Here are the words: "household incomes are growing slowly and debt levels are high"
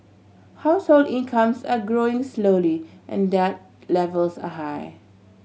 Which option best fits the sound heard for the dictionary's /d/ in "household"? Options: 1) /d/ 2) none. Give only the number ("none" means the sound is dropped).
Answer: 1